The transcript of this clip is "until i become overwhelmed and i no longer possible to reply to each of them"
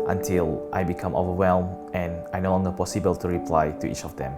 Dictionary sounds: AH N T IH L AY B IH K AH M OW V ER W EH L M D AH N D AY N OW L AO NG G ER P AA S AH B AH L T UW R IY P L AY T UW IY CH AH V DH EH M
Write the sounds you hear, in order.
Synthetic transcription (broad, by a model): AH N T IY L AY B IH K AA M OW V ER W EH L M AH N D AY N OW N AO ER P AA S AH B AH L T UW R IY P L AY T UW IY CH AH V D EH M